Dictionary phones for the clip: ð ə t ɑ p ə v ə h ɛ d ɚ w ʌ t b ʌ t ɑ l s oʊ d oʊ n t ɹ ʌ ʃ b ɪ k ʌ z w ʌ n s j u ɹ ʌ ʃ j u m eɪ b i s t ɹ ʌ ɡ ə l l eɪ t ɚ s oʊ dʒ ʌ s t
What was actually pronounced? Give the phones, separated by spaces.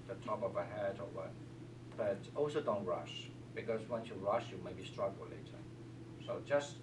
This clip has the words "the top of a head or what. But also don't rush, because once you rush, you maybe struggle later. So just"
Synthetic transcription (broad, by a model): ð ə t ɑ p ə v ə h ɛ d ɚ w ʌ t b ʌ t ɑ l s oʊ d oʊ n t ɹ ʌ ʃ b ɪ k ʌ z w ʌ n s j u ɹ ʌ ʃ j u m eɪ b i s t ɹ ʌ ɡ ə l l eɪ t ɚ s oʊ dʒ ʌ s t